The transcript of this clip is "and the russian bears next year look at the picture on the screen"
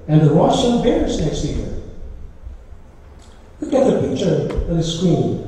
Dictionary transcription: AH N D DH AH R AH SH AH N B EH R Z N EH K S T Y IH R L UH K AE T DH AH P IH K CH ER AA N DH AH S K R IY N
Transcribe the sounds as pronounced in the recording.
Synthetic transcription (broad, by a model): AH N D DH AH W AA S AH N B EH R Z N EH K S T Y IH R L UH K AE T DH AH P IH K CH ER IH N DH AH S K R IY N